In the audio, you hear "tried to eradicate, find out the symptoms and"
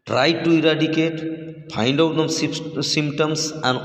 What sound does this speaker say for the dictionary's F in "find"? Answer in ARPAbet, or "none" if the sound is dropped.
P